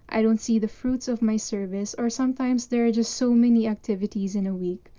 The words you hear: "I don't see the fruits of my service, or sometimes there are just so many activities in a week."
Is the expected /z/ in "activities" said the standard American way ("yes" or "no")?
yes